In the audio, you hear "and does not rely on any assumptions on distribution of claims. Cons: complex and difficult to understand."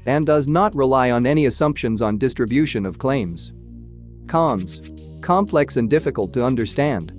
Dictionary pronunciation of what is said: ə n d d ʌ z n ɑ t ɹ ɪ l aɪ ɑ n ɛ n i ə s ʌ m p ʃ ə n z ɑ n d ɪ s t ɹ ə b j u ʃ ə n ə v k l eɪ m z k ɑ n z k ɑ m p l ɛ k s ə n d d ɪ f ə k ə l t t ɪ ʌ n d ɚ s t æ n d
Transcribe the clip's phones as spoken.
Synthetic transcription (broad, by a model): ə n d d ʌ z n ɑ t ɹ ɪ l aɪ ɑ n ɛ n i ə s ʌ m p ʃ ə n z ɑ n d ɪ s t ɹ ə b j u ʃ ə n ə v k l eɪ m z k ɑ n z k ɑ m p l ɛ k s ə n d d ɪ f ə k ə l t t ɪ ʌ n d ɚ s t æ n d